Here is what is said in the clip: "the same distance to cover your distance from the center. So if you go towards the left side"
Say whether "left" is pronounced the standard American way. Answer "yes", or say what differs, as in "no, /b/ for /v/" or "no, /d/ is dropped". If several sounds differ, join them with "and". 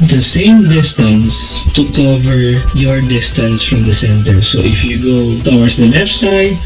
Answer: no, /n/ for /l/